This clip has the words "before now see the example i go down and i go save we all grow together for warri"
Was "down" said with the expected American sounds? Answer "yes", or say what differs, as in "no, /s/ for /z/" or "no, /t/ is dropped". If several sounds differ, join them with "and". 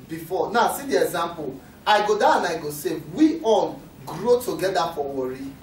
no, /n/ is dropped